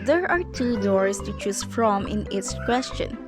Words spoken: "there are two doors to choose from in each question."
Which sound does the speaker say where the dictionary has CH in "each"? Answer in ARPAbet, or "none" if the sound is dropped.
S